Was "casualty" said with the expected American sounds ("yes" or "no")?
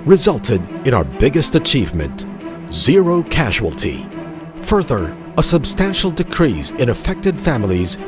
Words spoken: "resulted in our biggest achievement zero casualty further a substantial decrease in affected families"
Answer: yes